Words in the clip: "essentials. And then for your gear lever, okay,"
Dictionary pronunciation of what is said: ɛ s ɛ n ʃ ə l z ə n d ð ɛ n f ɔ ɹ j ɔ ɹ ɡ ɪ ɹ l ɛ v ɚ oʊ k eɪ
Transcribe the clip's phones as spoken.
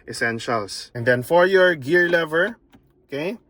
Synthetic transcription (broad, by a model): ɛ s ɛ n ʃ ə l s ə n d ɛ n f ɔ ɹ j ɔ ɹ ɡ ɪ ɹ l ɛ v ɚ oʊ k eɪ